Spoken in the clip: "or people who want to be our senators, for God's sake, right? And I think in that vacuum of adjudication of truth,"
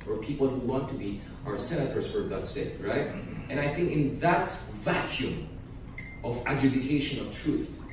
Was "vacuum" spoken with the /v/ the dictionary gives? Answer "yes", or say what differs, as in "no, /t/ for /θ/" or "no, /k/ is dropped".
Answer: yes